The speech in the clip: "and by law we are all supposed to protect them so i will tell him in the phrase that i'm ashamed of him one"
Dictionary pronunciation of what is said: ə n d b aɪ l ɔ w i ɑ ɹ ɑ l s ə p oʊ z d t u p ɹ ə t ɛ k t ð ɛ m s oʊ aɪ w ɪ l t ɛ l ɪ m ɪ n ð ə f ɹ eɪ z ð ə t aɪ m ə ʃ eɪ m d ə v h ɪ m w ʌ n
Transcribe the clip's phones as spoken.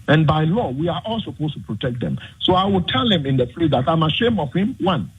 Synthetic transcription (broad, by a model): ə n b aɪ l ɔ w i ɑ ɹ ɑ l s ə p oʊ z t u p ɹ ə t ɛ k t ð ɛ m s oʊ aɪ w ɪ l t ɛ l ɪ m ɪ n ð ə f l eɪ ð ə t aɪ m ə ʃ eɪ m ə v h ɪ m w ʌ n